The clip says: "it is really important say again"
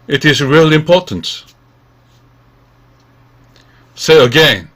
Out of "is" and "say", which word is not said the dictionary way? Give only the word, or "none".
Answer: none